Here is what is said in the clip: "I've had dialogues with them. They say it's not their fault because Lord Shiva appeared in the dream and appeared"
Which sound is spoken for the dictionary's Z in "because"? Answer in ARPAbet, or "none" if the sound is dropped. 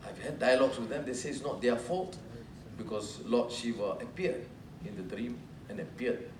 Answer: S